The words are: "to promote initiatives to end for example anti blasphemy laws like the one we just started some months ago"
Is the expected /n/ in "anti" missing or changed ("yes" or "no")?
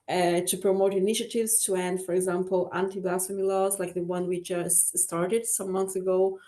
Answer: no